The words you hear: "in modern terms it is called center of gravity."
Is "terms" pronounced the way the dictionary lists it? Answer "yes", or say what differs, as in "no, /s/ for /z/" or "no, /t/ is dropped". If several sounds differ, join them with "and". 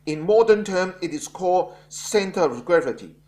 no, /z/ is dropped